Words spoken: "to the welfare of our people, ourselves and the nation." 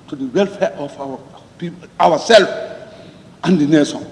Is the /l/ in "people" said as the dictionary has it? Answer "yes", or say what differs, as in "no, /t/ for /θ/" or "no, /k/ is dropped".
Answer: no, /w/ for /l/